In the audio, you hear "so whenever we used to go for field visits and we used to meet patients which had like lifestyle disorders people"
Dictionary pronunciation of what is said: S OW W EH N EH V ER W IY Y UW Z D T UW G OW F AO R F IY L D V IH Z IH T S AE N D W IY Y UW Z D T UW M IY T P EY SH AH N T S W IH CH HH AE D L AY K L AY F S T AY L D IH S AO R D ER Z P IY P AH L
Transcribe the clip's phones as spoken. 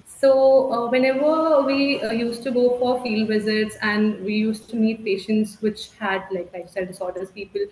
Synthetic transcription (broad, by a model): S OW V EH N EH V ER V IY Y UW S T T UW G OW F AO R F IY L D V IH Z IH T S AE N D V IY Y UW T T T UW M IY T P EY SH AH N T S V IH CH HH AE D L AY K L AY S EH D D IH S AO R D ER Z P IY P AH L